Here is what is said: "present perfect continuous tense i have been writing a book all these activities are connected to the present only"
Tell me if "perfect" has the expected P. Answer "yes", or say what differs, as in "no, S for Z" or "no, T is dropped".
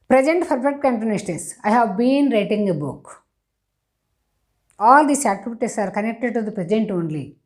no, F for P